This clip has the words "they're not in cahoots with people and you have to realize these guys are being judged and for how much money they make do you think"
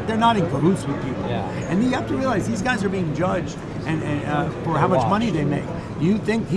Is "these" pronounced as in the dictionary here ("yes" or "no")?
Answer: yes